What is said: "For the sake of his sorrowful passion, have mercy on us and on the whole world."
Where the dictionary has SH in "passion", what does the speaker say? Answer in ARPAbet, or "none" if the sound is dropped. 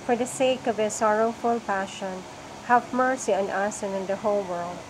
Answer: SH